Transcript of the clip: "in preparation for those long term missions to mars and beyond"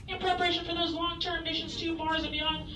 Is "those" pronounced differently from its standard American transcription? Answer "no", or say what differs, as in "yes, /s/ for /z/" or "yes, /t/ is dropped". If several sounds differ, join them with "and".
no